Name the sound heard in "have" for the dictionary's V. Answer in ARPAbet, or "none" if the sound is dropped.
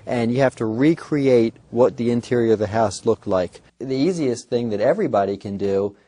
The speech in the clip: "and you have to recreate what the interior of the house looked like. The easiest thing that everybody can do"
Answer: F